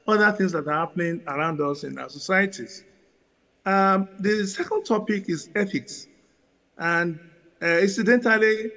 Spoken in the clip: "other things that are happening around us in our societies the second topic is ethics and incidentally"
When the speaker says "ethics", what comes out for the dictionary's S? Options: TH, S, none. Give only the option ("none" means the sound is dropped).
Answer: S